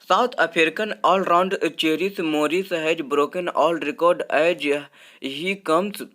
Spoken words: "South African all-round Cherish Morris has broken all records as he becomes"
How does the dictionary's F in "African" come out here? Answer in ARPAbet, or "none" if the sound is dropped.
P